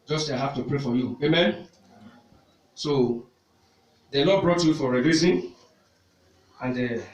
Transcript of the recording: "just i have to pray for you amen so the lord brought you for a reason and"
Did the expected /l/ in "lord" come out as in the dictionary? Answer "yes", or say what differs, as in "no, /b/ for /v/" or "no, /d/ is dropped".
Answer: no, /n/ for /l/